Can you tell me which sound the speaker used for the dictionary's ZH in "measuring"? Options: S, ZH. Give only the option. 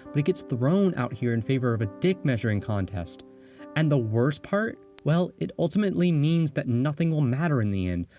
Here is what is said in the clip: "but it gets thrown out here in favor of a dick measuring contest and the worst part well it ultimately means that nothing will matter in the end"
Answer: ZH